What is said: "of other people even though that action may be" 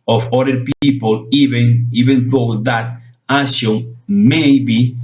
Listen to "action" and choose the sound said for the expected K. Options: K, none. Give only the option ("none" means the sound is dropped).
none